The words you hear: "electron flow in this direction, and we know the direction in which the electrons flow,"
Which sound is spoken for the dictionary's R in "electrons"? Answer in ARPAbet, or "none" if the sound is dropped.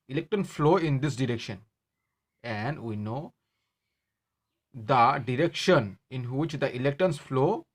none